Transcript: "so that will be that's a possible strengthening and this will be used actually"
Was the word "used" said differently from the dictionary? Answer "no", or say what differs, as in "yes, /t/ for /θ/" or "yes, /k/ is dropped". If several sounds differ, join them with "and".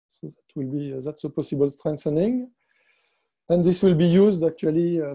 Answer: no